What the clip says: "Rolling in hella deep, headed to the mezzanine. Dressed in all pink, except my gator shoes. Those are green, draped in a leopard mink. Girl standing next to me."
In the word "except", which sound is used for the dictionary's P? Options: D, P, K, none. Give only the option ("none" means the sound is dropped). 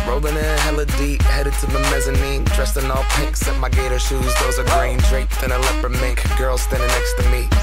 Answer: none